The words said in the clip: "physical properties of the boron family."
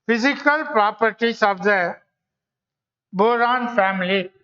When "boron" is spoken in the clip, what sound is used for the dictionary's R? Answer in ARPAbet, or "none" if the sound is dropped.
R